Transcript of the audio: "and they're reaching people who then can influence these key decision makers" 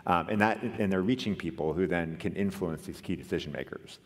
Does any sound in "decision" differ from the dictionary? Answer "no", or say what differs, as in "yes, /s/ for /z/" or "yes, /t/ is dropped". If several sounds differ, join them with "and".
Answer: no